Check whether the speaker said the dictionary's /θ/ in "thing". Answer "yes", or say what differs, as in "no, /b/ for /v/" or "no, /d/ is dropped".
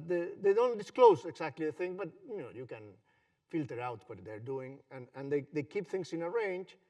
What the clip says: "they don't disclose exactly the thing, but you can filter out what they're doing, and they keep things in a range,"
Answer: yes